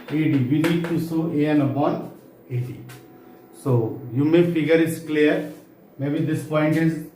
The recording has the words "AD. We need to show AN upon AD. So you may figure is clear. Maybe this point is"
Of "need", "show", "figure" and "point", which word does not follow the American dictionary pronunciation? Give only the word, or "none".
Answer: show